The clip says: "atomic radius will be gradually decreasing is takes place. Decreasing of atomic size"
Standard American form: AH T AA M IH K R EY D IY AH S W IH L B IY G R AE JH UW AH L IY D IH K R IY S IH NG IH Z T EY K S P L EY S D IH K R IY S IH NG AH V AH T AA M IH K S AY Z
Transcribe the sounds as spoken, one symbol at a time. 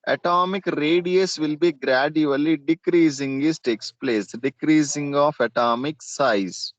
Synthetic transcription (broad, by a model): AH T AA M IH K R EY D IY AH S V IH L B IY G R AE JH UW AH L IY D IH K R IY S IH NG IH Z T EY K S P L EY S D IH K R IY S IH NG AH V AH T AA M IH K S AY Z